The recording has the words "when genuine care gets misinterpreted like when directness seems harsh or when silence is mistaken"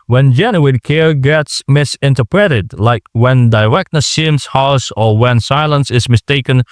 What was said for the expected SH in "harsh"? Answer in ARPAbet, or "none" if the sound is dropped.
S